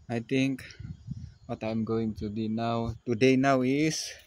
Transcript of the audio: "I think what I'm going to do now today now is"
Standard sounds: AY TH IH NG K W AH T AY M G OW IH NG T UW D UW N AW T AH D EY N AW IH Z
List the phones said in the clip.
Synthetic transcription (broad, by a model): AY T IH NG K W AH T AY M G OW IH NG T UW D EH N AW T AH D EY N AW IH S